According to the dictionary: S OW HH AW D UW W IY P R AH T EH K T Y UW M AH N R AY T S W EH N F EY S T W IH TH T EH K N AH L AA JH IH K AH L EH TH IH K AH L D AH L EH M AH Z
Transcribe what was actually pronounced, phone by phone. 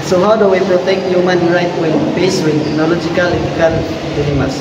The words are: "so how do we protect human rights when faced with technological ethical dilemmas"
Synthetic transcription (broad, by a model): S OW HH AW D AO W IY P R AH T EH K T Y UW M AH N R AY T W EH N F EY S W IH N T EH K N AH L AA JH IH K AH L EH T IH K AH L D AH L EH M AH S